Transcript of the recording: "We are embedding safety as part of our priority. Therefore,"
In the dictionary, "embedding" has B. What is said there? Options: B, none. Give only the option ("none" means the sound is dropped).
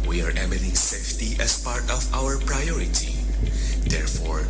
none